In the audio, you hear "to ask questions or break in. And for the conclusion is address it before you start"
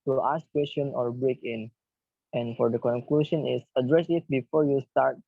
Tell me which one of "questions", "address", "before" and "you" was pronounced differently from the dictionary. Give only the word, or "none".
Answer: questions